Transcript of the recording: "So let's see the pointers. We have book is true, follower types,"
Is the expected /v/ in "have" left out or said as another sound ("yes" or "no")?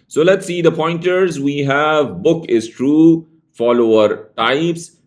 no